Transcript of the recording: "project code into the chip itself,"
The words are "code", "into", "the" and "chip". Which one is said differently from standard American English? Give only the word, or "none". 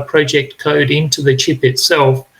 none